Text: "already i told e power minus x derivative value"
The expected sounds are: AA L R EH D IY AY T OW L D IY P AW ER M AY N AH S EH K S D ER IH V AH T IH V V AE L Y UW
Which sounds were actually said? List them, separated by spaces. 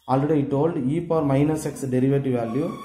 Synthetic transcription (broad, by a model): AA L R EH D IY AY T OW L D IY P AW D M AY N AH S EH K S D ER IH V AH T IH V V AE L Y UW